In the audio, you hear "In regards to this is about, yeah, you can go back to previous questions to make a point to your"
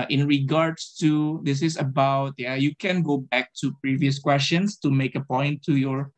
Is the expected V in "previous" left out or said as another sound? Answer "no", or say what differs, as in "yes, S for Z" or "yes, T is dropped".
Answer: no